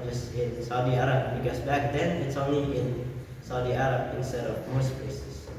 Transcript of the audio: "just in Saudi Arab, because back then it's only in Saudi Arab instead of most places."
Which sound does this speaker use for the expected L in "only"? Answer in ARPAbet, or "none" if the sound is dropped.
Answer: none